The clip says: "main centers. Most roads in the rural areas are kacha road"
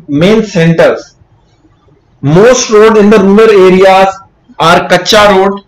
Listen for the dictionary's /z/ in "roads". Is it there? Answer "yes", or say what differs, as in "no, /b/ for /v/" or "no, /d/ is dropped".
no, /z/ is dropped